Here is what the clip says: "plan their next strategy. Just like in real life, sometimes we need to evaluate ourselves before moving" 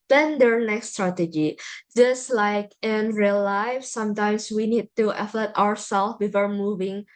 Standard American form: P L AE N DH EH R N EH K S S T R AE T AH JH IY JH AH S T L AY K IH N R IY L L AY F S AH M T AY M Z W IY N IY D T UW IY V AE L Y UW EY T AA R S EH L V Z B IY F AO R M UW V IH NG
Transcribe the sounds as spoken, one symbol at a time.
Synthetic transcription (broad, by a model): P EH N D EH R N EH K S S T R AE T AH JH IY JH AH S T L AY K IH N R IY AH L AY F S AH M T AY M S W IY N IY D T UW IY F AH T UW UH AA R S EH L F B IY F AO R M UW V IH NG